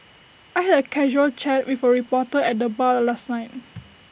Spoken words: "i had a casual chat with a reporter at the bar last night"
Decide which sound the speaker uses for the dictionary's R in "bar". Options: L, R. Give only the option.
L